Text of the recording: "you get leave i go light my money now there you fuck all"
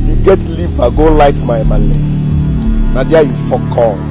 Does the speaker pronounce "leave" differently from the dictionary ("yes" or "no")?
yes